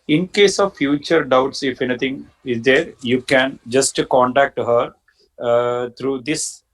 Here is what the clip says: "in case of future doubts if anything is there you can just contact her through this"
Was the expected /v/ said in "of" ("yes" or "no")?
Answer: yes